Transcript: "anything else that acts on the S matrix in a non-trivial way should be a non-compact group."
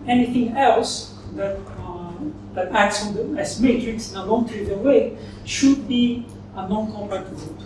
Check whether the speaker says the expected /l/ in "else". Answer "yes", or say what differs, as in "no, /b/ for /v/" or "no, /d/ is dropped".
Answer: yes